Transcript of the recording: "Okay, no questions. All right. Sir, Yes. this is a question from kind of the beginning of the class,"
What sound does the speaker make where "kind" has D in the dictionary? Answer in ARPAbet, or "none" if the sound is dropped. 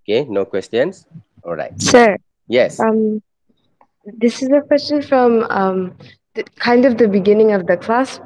D